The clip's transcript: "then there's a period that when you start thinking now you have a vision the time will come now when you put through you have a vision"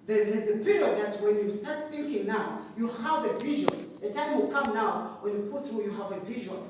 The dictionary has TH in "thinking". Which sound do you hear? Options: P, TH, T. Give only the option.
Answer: TH